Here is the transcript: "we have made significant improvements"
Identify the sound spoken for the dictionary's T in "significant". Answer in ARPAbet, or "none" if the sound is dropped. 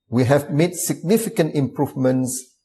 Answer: T